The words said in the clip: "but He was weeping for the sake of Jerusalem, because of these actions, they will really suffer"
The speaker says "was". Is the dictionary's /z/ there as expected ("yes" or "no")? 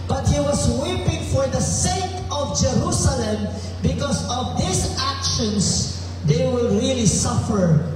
no